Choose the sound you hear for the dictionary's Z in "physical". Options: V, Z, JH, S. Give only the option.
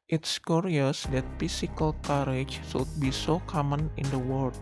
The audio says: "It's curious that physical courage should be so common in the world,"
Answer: S